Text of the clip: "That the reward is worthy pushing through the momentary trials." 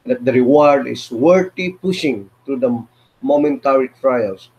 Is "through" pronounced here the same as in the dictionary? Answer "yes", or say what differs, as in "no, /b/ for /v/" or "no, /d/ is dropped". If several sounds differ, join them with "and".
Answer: no, /t/ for /θ/